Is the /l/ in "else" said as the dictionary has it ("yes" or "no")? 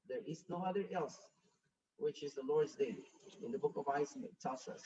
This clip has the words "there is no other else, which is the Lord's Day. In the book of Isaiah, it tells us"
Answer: yes